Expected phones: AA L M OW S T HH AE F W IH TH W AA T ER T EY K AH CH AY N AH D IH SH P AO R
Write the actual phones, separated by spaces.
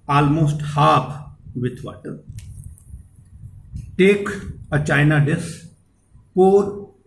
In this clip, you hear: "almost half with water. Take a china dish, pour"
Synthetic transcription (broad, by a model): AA L M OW S T HH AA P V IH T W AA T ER T EY K AH CH AY N AH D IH S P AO R